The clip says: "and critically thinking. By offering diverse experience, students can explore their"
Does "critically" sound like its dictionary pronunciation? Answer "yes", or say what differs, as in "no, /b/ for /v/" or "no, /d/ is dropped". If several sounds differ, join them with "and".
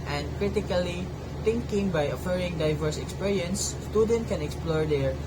yes